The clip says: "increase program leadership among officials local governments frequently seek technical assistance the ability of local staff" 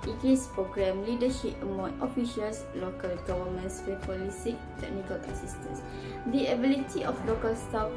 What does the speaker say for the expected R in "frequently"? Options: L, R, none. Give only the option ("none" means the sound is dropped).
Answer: none